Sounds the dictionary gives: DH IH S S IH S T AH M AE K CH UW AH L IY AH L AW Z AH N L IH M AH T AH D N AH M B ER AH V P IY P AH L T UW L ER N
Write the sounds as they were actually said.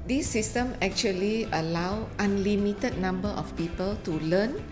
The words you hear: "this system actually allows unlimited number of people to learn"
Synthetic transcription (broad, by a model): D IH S S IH S T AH M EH K CH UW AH L IY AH L AW AH N L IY M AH T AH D N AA M B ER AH F P IY P AH L T UW L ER N